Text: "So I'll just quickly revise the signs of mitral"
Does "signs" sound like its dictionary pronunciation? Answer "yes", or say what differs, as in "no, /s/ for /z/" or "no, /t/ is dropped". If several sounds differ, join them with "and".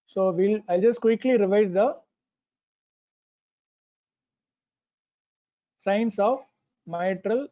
no, /s/ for /z/